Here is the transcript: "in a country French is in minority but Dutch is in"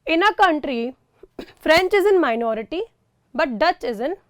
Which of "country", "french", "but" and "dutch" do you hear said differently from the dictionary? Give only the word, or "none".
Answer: none